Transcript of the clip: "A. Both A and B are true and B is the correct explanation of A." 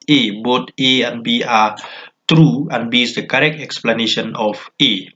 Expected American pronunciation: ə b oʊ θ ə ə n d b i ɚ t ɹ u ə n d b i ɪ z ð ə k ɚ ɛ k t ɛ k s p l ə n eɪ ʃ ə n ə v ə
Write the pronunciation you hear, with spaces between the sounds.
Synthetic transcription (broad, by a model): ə b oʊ t ə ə n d b i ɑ t ɹ u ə n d b i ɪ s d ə k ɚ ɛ k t ɛ k s p l ə n eɪ ʃ ə n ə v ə